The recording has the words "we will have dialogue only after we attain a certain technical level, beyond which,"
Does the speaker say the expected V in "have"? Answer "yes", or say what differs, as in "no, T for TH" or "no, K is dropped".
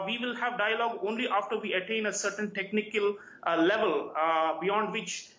yes